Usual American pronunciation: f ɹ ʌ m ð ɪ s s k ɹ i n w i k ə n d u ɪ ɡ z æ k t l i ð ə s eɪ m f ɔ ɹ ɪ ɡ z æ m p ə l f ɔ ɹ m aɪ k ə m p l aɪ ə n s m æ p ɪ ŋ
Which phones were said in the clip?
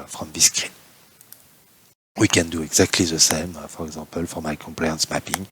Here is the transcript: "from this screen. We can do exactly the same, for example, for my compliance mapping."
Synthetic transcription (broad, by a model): f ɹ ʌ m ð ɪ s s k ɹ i w i k ə n d u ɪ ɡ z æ k t l i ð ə s eɪ m f ɔ ɹ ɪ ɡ z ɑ p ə l f ɔ ɹ m aɪ k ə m p l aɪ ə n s m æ p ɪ ŋ